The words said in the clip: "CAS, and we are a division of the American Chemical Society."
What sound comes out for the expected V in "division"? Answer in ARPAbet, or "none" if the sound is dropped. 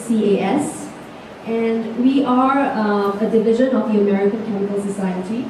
V